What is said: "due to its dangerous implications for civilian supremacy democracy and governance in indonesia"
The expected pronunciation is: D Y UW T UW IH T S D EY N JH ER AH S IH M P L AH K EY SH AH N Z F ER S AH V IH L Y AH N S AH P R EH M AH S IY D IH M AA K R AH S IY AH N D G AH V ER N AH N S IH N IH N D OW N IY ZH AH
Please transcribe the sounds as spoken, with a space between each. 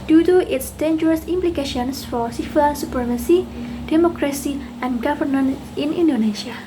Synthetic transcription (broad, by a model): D Y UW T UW IH T S D EY N JH ER AH S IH M P L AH K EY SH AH N S F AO S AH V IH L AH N S AH P R EH M AH S IY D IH M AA K R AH S IY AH N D G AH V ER N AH N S IH N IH N D OW N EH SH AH